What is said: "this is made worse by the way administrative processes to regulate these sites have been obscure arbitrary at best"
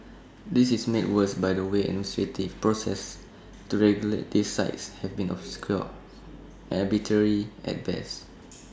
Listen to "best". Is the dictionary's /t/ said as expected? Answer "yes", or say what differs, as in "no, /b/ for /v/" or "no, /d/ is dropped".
no, /t/ is dropped